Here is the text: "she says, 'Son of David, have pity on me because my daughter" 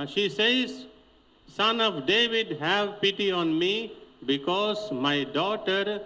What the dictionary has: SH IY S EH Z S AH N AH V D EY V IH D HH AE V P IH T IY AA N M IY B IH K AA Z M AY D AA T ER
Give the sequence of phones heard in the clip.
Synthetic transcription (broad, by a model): SH IY S EH Z S AH N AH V D EY V IH D HH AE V P IH T IY AA N M IY B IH K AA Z M AY D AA T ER